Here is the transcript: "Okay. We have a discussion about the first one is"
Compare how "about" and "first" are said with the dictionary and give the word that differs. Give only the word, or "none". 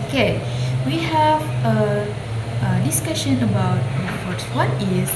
first